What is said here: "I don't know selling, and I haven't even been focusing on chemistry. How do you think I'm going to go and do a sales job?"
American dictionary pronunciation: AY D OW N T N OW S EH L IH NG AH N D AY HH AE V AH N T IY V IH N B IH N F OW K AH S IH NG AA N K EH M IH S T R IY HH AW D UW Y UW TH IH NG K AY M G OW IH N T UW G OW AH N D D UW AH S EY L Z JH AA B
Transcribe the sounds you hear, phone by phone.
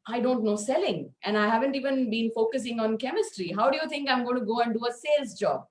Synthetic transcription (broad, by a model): AY D OW N T N OW S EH L IH NG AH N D AY HH AE V AH N T IY V IH N B IH N F OW K AH S IH NG AA N K EH M IH S T R IY HH AW D UW Y UW T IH NG K AY M G OW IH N T UW G OW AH N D D UW AH S EY L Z JH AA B